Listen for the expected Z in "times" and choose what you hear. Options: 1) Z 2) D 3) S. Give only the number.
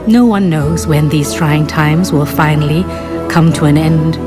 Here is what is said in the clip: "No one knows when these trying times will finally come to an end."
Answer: 1